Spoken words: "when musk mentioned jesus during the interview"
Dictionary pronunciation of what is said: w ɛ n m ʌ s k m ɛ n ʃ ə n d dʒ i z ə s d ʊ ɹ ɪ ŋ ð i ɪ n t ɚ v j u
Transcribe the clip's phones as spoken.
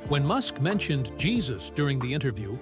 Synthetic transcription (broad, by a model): w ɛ n m ʌ s k m ɛ n ʃ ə n dʒ i z ə s d ʊ ɹ ɪ ŋ ð i ɪ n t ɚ v j u